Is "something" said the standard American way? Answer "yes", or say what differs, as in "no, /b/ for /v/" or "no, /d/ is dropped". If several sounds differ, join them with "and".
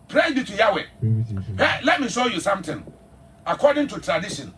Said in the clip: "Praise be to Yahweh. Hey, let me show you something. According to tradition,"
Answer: no, /t/ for /θ/